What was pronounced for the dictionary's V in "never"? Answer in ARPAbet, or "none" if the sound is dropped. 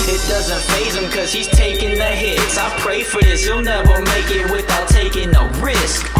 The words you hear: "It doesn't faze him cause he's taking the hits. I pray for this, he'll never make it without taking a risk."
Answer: W